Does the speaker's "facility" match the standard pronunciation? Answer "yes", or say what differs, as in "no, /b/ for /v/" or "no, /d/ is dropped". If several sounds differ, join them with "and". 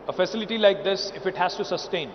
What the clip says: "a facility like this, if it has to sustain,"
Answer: yes